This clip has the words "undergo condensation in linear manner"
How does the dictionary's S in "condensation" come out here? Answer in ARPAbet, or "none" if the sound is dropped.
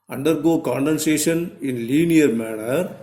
S